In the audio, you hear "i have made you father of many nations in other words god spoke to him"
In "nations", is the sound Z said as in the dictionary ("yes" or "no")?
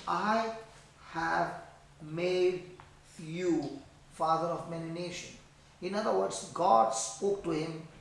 no